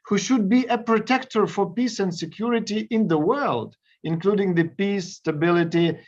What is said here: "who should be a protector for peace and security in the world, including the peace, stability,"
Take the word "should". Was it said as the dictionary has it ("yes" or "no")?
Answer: yes